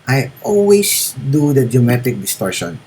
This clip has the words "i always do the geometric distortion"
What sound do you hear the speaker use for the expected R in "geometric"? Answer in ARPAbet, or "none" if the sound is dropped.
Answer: none